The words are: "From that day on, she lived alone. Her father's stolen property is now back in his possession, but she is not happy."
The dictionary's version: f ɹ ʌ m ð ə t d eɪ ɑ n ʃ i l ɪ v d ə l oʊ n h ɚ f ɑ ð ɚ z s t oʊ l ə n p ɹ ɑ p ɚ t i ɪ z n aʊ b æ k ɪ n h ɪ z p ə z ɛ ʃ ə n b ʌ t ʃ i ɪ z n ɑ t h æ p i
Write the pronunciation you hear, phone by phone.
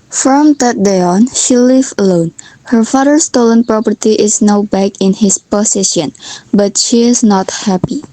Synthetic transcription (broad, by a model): f ɹ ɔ m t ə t d eɪ ɑ n ʃ i l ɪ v ə l oʊ n h ɚ f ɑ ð ɚ s t oʊ l ə n p ɹ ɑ p ɚ t i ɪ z n aʊ b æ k ɪ n h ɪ s p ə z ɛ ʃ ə n b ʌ t ʃ i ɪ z n ɑ t h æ p i